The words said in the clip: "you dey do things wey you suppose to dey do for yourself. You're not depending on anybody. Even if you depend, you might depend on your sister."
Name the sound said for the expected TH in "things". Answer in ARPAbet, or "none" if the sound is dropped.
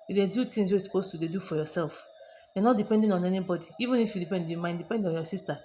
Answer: T